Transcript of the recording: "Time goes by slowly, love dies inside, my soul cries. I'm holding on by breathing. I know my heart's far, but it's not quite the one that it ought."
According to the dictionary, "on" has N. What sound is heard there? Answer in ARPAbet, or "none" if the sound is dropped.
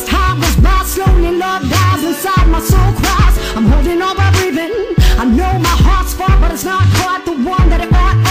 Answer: L